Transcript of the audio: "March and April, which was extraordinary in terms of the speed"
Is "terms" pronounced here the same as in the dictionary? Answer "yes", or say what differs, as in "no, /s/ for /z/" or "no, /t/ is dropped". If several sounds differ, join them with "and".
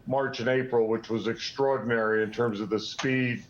yes